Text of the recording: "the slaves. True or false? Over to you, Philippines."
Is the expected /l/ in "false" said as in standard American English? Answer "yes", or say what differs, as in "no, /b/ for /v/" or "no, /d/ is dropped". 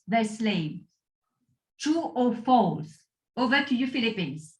no, /l/ is dropped